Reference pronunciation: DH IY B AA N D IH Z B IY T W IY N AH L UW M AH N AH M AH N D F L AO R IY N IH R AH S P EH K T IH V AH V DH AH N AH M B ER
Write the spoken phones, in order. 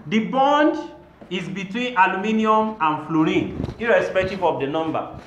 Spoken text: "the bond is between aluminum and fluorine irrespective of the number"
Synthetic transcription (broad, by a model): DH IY B AA N D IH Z B IY T W IY N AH L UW M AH N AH M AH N F L AO R IY N IH R AH S P EH K T IH V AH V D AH N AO M B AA